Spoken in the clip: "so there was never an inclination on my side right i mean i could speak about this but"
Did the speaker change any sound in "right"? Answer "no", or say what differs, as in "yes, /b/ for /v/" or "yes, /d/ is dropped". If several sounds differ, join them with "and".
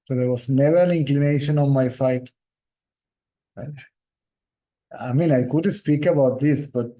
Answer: yes, /t/ is dropped